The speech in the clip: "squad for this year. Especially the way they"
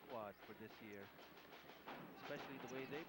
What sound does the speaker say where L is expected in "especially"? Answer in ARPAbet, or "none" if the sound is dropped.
L